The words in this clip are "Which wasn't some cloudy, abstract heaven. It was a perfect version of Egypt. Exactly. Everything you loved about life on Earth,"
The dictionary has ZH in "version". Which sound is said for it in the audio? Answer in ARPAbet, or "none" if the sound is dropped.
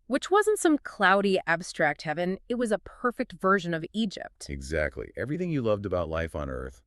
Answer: ZH